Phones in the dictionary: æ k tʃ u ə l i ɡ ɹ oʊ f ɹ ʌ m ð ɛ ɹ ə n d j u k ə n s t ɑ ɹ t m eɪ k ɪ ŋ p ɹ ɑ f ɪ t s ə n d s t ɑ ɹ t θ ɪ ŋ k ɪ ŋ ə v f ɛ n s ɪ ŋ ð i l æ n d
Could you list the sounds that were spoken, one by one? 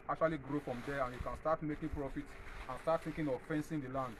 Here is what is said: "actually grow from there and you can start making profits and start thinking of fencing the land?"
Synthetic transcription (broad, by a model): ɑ k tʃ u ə l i ɡ ɹ oʊ f ɹ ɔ m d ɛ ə n j u k ə n s t ɑ t m eɪ k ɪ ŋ p ɹ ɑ f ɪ t ə n s t ɑ t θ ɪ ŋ k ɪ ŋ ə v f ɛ n s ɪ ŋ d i l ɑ n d